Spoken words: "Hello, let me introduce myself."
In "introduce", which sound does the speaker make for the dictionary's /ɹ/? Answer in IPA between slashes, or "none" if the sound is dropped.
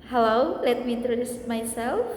/ɹ/